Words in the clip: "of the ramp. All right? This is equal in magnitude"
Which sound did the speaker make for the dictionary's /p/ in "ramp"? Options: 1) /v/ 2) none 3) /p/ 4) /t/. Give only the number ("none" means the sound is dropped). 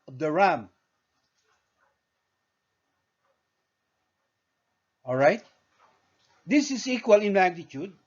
2